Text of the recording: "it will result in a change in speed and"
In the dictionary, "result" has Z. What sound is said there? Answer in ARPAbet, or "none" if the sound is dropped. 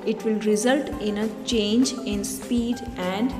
Z